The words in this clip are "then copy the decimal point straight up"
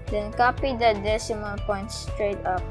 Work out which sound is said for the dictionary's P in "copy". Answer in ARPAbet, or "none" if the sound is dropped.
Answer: P